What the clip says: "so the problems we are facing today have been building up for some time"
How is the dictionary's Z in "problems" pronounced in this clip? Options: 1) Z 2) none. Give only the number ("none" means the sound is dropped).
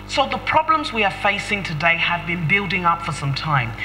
1